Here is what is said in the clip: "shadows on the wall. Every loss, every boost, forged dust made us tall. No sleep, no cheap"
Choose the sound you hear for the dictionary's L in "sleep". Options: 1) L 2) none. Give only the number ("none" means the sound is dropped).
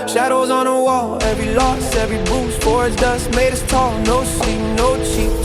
2